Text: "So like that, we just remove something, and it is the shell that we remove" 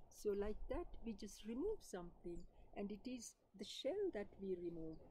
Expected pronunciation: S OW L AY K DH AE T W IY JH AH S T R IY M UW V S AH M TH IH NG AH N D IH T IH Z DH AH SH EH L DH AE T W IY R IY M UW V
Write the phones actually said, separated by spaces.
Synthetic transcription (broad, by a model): S OW L AY K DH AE T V IY JH AH S T R IY M UW V S AH M T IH NG AH N D IH T IH Z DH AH SH EH L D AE T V IY R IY M UW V